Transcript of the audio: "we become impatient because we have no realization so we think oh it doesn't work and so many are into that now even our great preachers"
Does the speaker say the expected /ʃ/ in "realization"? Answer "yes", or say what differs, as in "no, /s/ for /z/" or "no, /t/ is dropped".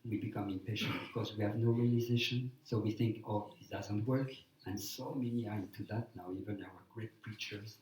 yes